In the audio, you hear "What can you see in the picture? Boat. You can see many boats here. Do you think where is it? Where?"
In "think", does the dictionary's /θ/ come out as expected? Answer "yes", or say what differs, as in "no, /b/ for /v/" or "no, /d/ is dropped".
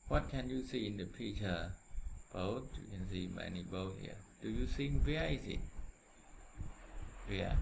no, /s/ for /θ/